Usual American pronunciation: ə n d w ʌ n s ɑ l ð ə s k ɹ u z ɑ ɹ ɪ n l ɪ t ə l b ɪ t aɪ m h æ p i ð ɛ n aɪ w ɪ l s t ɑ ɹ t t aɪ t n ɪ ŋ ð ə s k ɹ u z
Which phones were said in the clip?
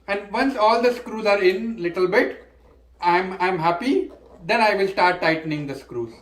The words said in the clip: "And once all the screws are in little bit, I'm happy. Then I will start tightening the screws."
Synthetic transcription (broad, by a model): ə n d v ʌ n s ɑ l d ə s k ɹ u z ɑ ɹ ɪ n l ɪ t ə l b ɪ t aɪ m h æ p i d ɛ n aɪ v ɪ l s t ɑ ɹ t t aɪ t n ɪ ŋ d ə s k ɹ u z